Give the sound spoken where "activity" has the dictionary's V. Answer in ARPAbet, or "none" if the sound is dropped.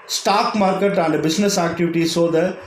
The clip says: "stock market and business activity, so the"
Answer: V